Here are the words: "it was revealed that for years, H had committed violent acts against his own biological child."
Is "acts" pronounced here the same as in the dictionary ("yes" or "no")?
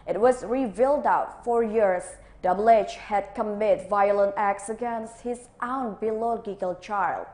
yes